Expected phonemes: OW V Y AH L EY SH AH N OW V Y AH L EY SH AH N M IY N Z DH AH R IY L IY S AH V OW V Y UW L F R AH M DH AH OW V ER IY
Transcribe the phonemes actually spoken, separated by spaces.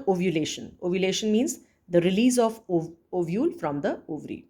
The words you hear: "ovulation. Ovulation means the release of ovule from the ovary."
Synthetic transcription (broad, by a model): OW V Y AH L EY SH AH N OW V Y AH L EY SH AH N M IY N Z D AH R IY L IY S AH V OW V Y UW L F R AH M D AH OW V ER IY